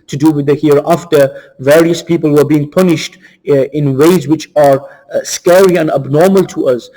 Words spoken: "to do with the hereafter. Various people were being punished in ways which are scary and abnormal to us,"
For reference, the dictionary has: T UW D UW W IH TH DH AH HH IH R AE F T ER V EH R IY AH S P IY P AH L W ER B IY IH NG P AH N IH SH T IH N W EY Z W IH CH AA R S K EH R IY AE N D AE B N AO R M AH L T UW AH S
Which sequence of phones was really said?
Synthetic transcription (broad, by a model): T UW D UW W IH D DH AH HH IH R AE F T ER V EH R IY AH S P IY P AH L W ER B IY IH NG P AH N IH SH T IH N W EY Z W IH CH AA R S K EH R IY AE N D AE B N AO R M AH L T UW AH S